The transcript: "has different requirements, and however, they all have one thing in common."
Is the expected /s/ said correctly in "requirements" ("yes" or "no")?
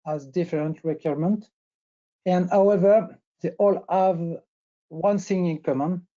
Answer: no